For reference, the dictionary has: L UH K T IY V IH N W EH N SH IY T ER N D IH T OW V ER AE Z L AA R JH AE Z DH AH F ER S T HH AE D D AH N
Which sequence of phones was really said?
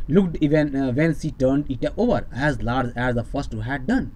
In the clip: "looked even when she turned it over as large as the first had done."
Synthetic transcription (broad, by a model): L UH K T IY V IH N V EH N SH IY T ER N D IH T OW V ER AE Z L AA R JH AE Z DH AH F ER S T HH AE D D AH N